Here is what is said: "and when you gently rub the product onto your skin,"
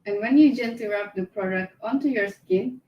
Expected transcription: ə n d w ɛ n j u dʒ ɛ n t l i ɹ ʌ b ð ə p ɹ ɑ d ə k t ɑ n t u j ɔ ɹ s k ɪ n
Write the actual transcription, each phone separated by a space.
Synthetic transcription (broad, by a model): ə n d w ɛ n j u dʒ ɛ n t i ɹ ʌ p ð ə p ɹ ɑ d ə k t ɑ n t u j ɔ ɹ s k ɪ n